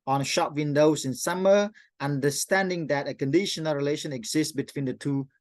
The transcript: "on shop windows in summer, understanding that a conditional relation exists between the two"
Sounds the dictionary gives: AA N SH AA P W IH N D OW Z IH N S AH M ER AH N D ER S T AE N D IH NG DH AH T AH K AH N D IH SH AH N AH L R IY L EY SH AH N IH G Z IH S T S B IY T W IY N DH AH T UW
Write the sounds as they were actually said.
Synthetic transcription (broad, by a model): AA N SH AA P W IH N D OW S IH N S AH M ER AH N D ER S T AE N D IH NG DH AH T AH K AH N D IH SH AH N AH L R IY L EY SH AH N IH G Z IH S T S B IY T W IY N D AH T UW